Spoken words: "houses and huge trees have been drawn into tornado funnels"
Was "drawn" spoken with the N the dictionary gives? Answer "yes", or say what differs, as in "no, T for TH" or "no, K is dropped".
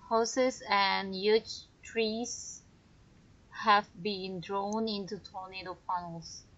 yes